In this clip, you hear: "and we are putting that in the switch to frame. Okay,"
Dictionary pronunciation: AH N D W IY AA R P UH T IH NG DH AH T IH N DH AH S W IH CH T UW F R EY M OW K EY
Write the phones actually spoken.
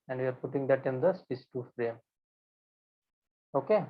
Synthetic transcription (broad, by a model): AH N D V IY AA R P UH T IH NG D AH T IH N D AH S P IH S T UW F R EY M OW K EY